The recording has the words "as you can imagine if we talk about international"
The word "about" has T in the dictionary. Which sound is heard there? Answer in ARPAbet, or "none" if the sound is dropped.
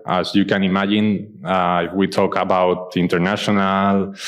T